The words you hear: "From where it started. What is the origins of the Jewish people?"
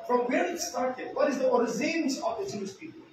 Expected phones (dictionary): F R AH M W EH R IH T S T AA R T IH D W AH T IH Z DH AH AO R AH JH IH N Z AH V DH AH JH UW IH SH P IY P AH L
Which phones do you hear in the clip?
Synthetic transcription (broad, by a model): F R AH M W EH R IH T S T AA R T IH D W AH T IH Z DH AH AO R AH Z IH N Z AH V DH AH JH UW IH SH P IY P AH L